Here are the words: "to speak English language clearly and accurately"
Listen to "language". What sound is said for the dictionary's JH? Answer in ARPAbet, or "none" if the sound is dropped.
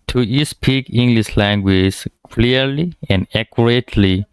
Z